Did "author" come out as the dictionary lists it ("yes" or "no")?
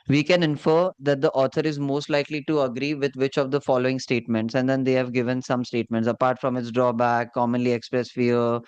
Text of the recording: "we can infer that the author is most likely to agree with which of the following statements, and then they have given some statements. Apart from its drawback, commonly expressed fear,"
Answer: no